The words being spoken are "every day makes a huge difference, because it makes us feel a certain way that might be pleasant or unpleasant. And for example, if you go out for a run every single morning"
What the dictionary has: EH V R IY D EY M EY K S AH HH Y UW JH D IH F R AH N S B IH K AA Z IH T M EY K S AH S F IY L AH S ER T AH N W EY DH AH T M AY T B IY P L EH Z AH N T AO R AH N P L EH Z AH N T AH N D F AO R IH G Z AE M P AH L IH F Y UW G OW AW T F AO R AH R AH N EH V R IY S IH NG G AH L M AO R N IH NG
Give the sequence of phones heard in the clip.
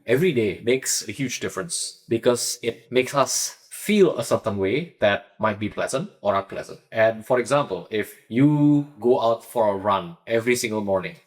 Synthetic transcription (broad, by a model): EH V R IY D EY M EY K S AH HH Y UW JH D IH F R AH N S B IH K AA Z IH T M EY K S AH S F IY L AH S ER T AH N W EY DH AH T M AY T B IY P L EH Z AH N T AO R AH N P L EH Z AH N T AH N F AO R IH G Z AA M P AH L IH F Y UW G OW AW T F AO R AH R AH N EH V R IY S IH NG G AH L M AO R N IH NG